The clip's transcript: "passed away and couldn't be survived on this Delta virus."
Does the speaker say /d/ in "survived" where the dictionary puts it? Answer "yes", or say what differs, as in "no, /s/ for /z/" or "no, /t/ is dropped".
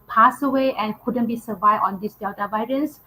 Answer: no, /d/ is dropped